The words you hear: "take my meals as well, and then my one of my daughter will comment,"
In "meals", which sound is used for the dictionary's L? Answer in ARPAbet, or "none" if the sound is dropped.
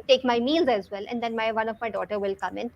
L